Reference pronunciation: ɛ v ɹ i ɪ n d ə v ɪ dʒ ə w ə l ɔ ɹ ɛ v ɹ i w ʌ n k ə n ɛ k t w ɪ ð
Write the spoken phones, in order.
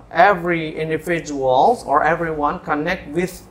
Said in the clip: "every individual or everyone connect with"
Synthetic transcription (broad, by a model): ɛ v ɹ i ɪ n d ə f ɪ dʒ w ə l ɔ ɹ ɛ v ɹ i w ʌ n k ə n ɛ k t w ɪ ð